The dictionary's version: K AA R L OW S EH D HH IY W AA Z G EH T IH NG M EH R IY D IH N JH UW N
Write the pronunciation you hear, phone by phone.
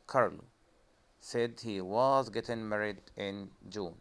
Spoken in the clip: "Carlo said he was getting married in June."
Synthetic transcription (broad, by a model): K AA R L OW S EH D HH IY W AA Z G EH T IH NG M EH R IY D IH N JH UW N